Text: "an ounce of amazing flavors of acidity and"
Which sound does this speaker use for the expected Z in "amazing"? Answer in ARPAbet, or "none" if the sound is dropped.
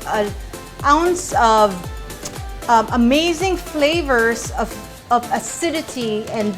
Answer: Z